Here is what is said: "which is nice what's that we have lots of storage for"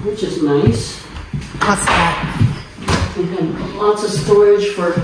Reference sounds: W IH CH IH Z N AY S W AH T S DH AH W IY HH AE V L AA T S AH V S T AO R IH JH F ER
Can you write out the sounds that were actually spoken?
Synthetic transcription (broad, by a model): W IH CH IH Z N AY S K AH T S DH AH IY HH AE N L AA T S AH V S T AO R IH JH F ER